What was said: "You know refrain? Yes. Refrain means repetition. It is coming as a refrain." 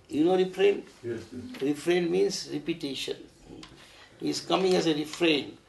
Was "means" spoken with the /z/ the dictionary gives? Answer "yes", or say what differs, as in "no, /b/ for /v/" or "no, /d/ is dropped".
no, /s/ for /z/